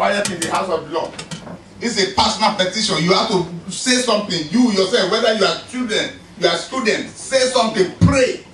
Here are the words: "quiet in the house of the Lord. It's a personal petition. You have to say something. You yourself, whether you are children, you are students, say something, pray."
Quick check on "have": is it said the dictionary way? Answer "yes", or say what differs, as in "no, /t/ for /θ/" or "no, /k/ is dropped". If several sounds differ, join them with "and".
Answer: no, /f/ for /v/